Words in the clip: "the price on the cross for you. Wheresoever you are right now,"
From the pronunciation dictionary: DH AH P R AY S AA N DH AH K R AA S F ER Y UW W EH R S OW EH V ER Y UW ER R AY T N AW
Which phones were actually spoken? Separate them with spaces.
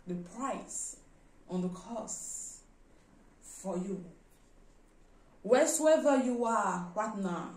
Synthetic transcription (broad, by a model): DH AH P R AY S AA N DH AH K AA S F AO Y UW W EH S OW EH V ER Y UW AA W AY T N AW